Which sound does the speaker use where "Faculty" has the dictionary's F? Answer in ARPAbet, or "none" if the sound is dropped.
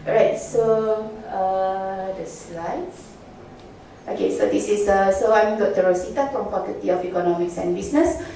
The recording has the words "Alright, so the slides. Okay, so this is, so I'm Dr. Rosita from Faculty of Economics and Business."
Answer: P